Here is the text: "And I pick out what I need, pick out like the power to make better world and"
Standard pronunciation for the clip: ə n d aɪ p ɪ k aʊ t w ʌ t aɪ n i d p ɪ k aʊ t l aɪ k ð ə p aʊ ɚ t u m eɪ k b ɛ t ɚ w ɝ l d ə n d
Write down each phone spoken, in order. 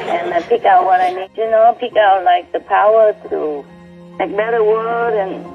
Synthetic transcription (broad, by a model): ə n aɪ p ɪ k aʊ t w ʌ t aɪ n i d p ɪ k aʊ t l aɪ k ð ə p aʊ ɚ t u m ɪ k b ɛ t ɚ w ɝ d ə n